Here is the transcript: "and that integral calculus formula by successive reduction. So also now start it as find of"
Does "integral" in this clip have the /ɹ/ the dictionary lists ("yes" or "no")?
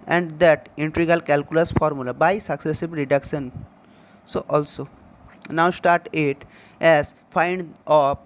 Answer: no